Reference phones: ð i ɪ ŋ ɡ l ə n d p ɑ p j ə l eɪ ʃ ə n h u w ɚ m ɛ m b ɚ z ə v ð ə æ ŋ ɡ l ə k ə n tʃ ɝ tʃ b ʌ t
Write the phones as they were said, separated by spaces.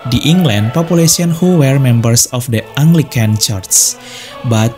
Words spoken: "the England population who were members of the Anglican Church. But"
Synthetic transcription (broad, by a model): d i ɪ ŋ ɡ l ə n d p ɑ p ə l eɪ s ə n h u w ɚ m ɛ m b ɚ s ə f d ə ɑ ŋ ɡ l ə k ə n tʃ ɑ s b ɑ t